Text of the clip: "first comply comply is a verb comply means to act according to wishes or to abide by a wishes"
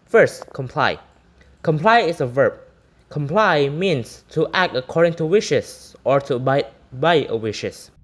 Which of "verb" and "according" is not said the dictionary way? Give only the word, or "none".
none